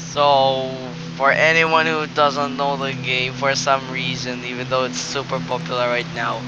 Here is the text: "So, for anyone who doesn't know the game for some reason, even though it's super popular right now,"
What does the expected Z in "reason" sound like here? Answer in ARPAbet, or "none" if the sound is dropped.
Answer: Z